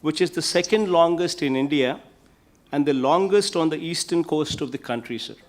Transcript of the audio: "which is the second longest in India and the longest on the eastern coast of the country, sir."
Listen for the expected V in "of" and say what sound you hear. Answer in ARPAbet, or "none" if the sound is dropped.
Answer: V